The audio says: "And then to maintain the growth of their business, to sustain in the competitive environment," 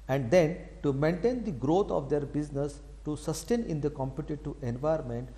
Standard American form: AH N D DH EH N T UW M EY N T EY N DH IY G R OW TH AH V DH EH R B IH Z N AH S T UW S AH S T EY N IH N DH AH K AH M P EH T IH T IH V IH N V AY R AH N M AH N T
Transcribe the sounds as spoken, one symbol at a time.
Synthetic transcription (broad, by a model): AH N D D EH N T UW M EY N T EY N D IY G R OW T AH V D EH R B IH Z N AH S T UW S AH S T EY N IH N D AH K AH M P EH T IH T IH IH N V AY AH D M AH N T